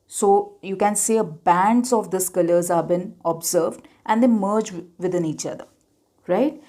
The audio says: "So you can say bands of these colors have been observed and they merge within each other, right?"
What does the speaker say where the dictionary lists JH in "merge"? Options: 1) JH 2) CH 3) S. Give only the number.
1